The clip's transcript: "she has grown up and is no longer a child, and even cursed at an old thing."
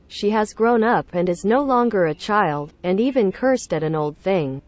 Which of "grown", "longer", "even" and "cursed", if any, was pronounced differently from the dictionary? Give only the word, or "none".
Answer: none